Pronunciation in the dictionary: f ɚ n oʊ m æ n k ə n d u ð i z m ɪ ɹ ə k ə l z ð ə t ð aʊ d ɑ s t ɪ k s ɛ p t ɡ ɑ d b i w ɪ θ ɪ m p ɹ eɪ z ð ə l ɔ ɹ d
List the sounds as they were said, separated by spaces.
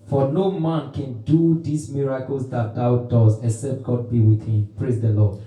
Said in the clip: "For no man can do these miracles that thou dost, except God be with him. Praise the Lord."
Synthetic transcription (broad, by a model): f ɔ n oʊ m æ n k ə n d u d i s m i ɹ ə k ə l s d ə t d aʊ d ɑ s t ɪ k s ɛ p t ɡ ɑ d b i w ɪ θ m p ɹ eɪ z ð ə l ɔ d